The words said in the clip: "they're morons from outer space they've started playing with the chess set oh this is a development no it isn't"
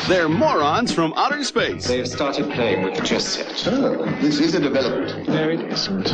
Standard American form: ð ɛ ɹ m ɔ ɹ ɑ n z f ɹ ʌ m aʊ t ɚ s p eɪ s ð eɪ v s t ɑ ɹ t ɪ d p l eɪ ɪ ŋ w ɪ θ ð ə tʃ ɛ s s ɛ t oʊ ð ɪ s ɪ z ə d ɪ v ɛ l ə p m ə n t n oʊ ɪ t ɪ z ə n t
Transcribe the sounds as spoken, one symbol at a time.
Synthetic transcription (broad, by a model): ð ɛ ɹ m ɔ ɹ ɑ n z f ɹ ʌ m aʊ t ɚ s p eɪ s ð eɪ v s t ɑ ɹ t ɪ d p l eɪ ɪ ŋ w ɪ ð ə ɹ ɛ s s ɛ t oʊ ð ɪ s ɪ z ə d ɪ v ɛ l ə p m ə n t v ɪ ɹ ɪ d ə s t